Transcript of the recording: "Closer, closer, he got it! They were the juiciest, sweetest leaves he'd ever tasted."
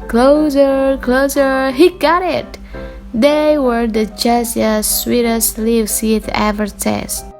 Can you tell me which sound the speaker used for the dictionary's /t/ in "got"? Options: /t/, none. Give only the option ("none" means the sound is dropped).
/t/